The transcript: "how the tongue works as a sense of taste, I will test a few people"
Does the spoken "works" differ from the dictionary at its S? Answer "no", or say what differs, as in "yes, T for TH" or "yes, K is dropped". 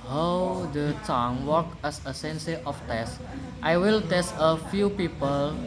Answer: yes, S is dropped